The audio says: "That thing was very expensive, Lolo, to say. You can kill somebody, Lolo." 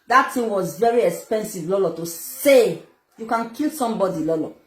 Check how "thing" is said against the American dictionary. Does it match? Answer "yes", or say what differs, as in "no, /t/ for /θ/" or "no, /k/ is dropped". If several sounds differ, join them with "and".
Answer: no, /t/ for /θ/